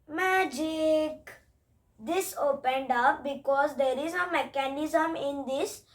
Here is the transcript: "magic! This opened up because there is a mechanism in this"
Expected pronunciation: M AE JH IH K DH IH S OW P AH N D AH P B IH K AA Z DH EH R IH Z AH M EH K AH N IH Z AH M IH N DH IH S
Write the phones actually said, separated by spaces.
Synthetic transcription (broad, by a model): M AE JH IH K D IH S OW P AH N D AH P B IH K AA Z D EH R IH Z AH M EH K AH N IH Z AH M IH N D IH S